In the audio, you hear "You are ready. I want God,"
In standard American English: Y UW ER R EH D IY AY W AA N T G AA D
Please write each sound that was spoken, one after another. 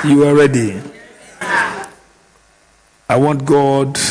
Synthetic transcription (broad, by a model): Y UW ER R EH D IY AY W AA N T G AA D